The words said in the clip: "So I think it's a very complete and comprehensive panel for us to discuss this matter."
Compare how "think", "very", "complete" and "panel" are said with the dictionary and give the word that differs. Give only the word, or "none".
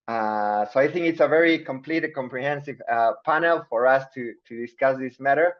none